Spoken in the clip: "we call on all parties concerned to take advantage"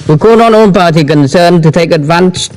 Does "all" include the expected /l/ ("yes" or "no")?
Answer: no